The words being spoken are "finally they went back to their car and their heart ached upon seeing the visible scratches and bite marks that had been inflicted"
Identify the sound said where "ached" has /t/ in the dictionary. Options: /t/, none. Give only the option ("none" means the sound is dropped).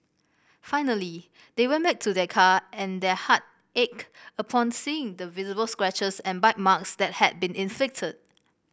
none